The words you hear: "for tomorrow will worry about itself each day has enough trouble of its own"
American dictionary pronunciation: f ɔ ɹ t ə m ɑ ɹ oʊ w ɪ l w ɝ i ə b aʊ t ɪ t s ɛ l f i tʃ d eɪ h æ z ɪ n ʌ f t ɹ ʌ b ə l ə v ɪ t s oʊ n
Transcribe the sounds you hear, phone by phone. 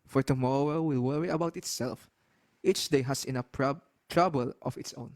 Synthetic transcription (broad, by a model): f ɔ ɹ t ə m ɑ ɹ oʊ w ɪ l w ɝ i ə b aʊ t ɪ t s ɛ l f i tʃ d eɪ h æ s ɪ n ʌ p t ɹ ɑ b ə l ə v ɪ t s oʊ n